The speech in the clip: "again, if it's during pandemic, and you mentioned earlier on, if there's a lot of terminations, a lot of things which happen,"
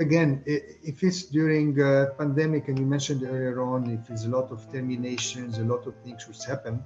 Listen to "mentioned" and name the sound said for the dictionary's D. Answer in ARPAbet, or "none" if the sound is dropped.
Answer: D